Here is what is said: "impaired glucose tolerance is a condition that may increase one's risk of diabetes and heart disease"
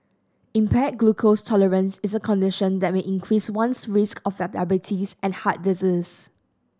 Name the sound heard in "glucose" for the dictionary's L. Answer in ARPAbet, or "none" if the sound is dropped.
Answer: L